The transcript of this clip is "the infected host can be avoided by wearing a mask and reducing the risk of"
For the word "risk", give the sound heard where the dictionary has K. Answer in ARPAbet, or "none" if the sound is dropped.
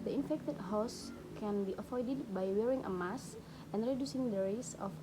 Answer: none